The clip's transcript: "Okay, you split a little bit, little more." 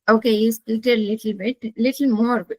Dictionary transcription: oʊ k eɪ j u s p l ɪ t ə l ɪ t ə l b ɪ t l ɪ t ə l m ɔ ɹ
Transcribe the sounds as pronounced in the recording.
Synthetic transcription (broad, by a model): oʊ k eɪ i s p ɪ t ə l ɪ t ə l b ɪ t l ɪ t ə l m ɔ ɹ